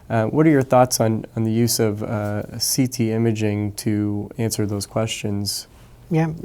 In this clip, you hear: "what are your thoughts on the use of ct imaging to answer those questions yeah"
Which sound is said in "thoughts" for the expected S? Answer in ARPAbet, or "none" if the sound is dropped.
S